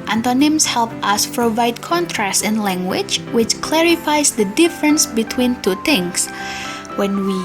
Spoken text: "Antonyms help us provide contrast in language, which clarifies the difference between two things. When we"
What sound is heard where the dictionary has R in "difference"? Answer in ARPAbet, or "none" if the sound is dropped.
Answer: R